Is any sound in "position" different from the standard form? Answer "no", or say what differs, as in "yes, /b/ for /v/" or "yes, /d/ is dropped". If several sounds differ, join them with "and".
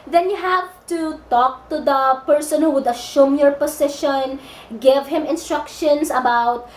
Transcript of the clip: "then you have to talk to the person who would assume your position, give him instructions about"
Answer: yes, /s/ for /z/